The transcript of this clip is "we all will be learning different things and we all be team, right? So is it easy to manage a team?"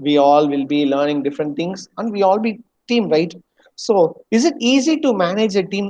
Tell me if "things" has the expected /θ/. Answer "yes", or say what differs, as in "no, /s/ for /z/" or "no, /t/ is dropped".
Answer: no, /t/ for /θ/